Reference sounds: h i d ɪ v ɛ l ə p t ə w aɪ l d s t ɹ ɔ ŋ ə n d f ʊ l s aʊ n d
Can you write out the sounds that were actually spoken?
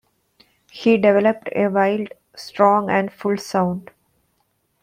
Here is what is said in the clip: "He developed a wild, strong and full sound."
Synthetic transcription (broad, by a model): h i d ɪ v ɛ l ə p t ə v aɪ l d s t ɹ ɔ ŋ ə n d f ʊ l s aʊ n d